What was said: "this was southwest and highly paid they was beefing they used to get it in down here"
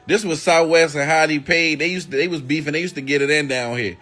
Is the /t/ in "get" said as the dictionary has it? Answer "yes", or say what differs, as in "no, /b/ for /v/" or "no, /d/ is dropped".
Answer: yes